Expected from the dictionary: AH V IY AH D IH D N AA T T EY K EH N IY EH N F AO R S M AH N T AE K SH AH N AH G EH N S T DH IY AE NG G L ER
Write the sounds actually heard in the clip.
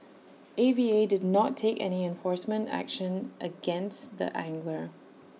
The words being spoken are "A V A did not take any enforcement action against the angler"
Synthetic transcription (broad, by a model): AH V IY AH D IH D N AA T T EY K EH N IY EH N F AO R S M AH N T AE K SH AH N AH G EH N S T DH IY AE NG G L ER